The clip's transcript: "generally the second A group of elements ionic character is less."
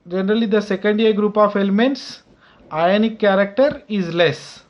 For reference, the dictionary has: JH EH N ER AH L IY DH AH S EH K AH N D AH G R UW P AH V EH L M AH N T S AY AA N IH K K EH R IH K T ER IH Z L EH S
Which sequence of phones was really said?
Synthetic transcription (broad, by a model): JH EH N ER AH L IY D AH S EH K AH N D AH G R UW P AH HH EH L M AH N T S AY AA N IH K K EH R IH K T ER IH Z L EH S